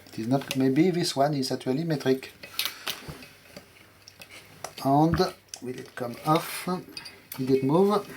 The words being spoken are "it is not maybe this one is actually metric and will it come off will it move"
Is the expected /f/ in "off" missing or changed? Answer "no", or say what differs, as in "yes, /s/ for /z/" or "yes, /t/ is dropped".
no